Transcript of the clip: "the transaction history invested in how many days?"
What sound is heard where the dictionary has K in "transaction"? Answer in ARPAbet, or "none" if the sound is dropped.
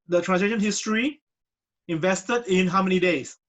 none